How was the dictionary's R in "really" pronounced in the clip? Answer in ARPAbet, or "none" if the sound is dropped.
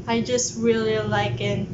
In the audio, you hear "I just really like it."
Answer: R